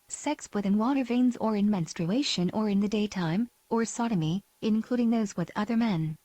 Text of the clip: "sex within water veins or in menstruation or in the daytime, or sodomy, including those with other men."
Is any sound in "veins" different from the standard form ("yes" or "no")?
no